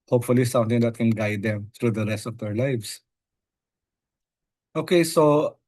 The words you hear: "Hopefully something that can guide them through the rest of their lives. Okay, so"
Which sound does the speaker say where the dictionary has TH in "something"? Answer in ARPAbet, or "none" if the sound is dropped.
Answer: T